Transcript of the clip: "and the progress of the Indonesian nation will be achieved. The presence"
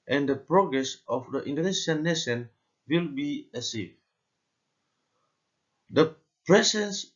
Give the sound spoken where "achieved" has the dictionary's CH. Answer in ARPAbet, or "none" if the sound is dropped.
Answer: S